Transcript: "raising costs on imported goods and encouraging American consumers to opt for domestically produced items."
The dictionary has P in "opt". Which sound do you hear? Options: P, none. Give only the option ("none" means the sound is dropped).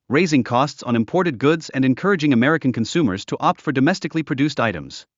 P